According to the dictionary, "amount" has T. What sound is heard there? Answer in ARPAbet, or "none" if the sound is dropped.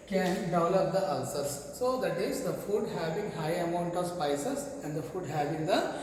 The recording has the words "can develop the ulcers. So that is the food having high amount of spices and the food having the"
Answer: T